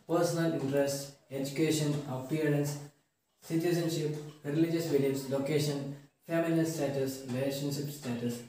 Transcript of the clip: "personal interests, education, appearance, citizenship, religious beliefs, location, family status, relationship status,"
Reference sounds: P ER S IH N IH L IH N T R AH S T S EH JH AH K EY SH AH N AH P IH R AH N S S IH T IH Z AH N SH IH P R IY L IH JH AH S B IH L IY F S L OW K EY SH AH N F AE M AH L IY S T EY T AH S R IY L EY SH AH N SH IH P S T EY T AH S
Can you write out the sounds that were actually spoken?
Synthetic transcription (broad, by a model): P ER S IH N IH L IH N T R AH S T EH JH AH K EY SH AH N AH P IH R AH N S S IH T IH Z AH N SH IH P R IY L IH JH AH S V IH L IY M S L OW K EY SH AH N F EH M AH N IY S T EY T AH S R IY L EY SH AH N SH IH P S T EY T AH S